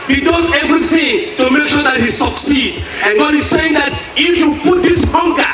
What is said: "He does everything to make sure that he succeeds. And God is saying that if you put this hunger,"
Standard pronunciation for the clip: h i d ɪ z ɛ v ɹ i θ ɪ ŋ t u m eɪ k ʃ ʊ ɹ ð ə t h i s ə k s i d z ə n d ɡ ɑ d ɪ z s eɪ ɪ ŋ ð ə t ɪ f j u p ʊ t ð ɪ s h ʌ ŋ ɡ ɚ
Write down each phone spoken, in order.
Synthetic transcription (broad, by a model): h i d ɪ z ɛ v ɹ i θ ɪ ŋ t u m eɪ k ʃ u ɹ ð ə t h i s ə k s i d ə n ɡ ɑ d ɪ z s eɪ ɪ ŋ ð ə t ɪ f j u p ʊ t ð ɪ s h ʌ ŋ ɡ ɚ